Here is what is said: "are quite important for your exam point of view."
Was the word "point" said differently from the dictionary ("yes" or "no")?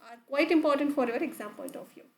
yes